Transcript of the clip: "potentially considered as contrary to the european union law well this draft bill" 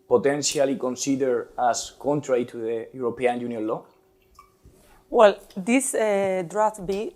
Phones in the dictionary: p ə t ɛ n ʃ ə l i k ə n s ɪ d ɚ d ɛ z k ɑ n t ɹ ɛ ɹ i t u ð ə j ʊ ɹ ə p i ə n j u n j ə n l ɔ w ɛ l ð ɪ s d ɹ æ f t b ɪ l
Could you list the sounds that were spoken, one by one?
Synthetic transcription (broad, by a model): p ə t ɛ n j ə l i k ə n s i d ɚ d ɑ s k ɑ n t ɹ ɛ ɹ i t u ð ə j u ɹ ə p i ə n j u n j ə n l ɔ w ɛ l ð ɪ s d ɹ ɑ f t b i